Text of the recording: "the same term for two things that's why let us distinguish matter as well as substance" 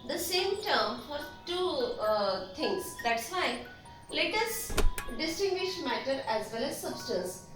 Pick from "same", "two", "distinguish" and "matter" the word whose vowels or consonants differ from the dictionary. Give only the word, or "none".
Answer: none